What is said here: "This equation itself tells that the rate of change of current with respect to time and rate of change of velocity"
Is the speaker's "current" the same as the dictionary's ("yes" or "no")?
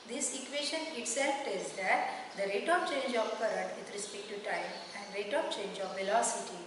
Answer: no